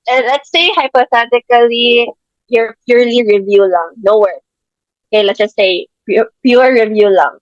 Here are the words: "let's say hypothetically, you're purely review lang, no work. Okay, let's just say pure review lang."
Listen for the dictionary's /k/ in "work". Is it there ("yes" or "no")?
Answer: no